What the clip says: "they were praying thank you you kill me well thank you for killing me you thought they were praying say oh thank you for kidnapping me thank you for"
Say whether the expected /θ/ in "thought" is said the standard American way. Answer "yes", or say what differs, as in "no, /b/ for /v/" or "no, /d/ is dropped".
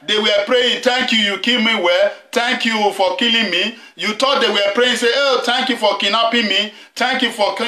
no, /t/ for /θ/